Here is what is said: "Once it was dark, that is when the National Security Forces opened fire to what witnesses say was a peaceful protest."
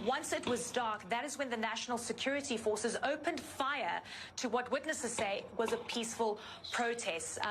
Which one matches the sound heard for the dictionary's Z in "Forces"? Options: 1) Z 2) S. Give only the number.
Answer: 1